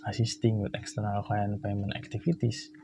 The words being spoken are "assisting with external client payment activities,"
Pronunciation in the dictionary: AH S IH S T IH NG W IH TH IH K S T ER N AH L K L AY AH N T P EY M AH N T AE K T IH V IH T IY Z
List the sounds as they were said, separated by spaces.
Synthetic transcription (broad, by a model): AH S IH S T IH NG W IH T IH K S T ER N AH L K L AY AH N P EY M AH N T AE K T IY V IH T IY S